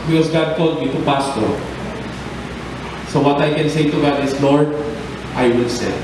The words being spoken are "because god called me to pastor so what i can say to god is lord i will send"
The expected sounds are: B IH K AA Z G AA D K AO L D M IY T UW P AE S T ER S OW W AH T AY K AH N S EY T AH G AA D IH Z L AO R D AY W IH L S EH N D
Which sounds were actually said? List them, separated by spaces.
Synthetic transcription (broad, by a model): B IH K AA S G AA D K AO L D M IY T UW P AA S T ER S OW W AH T AY K AH N S EY T AH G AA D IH S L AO R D AY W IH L S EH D